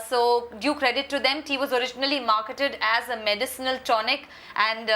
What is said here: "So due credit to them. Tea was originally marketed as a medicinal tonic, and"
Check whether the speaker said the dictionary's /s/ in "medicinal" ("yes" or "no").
yes